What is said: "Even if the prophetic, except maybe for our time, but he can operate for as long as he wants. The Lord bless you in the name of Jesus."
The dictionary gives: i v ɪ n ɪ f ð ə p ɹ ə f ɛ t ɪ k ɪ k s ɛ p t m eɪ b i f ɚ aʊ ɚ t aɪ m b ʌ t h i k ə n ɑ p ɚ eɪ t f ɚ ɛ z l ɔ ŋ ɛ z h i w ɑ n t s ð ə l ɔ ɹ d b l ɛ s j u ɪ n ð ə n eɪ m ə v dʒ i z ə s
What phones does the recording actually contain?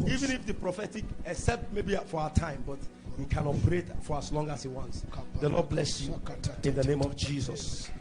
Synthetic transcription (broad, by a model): i v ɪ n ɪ f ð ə p ɹ ə f ɛ t ɪ k ɪ k s ɛ p t m eɪ b i f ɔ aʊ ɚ t aɪ m b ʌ t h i k ə n ɑ p ɚ eɪ t f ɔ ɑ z l ɔ ŋ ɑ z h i w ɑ n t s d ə n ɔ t b l ɛ s j u ɪ n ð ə n eɪ m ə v dʒ i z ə s